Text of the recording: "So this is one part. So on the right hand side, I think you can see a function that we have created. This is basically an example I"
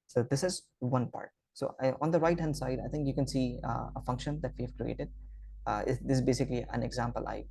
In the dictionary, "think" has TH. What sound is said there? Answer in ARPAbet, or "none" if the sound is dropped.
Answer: T